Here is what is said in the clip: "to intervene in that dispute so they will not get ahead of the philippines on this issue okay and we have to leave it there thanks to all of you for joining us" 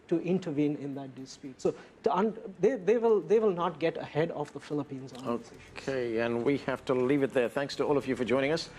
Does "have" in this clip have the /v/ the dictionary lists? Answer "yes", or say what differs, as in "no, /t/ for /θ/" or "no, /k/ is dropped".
no, /f/ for /v/